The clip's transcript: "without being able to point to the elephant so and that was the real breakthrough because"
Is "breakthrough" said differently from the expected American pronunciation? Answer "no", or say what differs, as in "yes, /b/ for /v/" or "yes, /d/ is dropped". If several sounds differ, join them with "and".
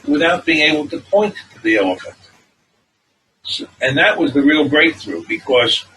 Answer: no